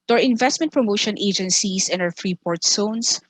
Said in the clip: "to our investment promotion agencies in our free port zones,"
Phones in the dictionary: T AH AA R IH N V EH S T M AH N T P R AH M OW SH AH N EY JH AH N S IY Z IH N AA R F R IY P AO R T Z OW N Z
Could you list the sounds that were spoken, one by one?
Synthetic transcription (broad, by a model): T AA R IH N V EH S T M AH N T P R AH M OW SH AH N EY JH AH N S IY S IH N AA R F R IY P AO R T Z OW N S